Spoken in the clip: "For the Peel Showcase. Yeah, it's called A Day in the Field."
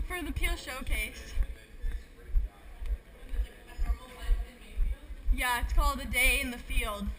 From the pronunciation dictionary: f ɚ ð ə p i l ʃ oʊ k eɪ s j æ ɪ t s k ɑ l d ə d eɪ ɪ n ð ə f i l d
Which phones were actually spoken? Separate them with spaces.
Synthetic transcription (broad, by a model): f ɚ ð ə p i l ʃ oʊ k eɪ s j æ ɪ t s k ɑ l d ə d eɪ ɪ n ð ə f i l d